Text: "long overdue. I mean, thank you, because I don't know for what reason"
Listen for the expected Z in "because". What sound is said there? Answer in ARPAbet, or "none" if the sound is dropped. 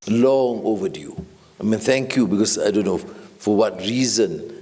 S